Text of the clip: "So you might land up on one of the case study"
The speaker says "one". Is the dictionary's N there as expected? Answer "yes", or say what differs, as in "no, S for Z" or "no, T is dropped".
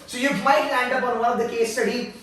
no, L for N